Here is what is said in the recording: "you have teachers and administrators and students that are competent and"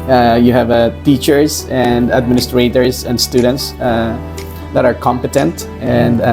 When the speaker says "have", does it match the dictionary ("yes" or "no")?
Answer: yes